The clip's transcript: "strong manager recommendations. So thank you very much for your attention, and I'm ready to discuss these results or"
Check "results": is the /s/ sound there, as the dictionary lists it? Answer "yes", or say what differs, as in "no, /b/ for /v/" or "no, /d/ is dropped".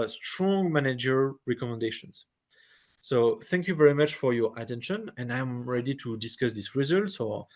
yes